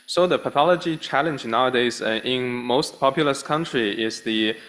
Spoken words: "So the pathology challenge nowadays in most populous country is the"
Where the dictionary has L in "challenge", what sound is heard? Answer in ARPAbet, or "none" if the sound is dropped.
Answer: L